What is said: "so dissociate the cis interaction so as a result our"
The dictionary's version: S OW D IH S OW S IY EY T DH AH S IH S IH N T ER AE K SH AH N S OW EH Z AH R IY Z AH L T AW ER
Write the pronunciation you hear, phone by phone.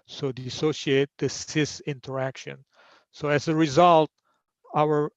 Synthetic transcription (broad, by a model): S OW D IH S OW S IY EY T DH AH S IH S IH N T ER AE K SH AH N S OW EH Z AH R IY Z AH L T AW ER